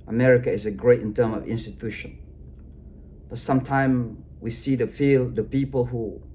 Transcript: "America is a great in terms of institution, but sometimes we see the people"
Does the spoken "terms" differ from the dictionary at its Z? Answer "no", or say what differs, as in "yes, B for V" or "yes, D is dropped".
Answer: yes, Z is dropped